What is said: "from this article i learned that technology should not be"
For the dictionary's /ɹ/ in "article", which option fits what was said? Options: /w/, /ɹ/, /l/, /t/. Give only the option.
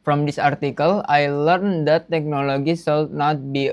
/ɹ/